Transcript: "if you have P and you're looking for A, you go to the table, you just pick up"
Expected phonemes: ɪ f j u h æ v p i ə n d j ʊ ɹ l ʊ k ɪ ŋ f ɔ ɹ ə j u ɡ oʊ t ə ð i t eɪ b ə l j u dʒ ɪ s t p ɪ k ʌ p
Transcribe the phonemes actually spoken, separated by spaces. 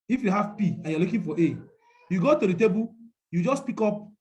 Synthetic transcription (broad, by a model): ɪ f j u h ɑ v p i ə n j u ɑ l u k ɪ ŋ f ɔ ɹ ə j u ɡ oʊ t ə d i t eɪ b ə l j u dʒ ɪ s p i k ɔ p